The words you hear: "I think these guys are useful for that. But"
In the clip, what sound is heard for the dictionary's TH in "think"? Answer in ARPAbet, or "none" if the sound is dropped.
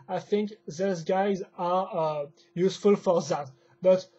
TH